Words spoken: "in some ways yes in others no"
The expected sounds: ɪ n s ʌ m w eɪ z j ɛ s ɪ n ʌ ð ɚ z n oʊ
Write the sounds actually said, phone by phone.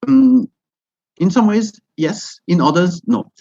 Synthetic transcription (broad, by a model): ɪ n s ʌ m w eɪ z j ɛ s ɪ n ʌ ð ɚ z n oʊ